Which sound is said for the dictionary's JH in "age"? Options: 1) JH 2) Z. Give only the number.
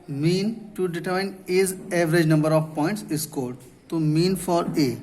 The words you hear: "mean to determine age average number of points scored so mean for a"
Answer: 2